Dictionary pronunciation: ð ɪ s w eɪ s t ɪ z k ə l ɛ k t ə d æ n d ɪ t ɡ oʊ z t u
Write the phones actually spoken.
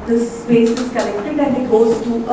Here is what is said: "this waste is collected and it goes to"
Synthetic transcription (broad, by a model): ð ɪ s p eɪ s ɪ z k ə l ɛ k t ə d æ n ɪ t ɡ oʊ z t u